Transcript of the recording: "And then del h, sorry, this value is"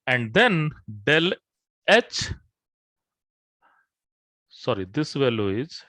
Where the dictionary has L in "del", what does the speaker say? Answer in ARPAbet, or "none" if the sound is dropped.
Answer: L